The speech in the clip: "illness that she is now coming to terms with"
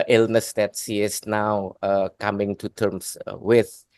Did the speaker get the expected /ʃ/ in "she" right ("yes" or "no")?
no